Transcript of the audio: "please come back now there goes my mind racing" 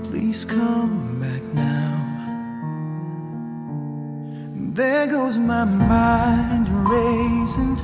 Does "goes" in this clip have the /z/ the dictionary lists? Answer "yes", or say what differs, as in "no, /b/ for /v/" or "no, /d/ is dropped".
yes